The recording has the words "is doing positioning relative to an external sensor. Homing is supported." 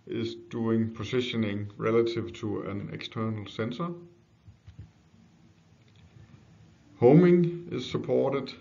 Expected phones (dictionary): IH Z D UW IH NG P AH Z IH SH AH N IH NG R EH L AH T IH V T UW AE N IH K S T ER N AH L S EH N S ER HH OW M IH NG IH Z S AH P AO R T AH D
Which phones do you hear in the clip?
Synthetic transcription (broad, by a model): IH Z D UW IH NG P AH S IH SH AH N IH NG R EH L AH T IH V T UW AE N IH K S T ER N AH L S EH N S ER HH OW M IH NG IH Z S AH P AO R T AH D